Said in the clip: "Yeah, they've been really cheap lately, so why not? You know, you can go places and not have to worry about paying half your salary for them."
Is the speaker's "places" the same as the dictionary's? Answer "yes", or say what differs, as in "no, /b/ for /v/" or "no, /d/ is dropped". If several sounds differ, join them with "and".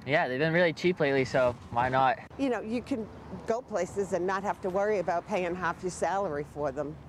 yes